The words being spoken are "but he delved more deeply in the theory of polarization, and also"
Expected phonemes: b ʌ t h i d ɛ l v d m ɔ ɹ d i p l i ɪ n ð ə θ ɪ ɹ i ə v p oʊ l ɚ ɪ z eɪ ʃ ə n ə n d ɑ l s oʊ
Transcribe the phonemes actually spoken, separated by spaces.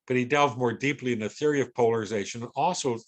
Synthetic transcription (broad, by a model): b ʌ t h i d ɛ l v m ɔ ɹ d i p l i ɪ n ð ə θ ɪ ɹ i ə v p oʊ l ɚ ɪ z eɪ ʃ ə n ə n ɑ l s oʊ